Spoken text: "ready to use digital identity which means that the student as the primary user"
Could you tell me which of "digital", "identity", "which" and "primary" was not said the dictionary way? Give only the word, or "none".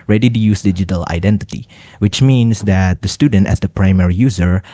none